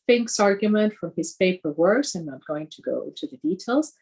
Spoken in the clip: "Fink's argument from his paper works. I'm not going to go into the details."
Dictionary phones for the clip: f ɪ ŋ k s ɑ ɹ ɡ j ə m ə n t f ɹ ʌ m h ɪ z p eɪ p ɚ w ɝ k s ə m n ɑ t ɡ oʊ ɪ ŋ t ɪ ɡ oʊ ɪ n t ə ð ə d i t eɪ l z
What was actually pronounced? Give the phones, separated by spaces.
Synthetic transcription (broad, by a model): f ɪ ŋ k s ɑ ɹ ɡ j ə m ə n t f ɹ ʌ m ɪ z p eɪ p ɚ w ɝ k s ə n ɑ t ɡ oʊ ɪ ŋ t ɪ ɡ oʊ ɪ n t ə ð ə d i t eɪ l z